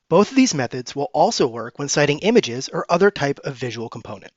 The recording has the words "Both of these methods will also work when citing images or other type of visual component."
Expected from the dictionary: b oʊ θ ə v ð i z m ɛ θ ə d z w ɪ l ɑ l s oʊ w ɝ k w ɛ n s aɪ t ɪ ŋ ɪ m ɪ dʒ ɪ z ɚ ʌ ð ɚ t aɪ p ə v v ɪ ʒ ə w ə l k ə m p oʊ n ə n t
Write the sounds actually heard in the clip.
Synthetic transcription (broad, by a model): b oʊ θ ə v ð i z m ɛ θ ə d z w ɪ l ɑ l s oʊ w ɝ k w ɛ n s aɪ t ɪ ŋ ɪ m ɪ dʒ ɪ z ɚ ʌ ð ɚ t aɪ p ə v v ɪ ʒ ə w l k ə m p oʊ n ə n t